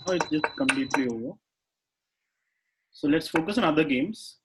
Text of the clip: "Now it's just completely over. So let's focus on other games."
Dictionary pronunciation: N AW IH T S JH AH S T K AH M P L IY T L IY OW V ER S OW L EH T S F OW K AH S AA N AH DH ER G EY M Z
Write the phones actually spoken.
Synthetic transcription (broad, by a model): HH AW IH T S JH AH S T K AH M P L IY T L IY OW ER S OW L EH T S F OW K AH S AA N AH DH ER G EY M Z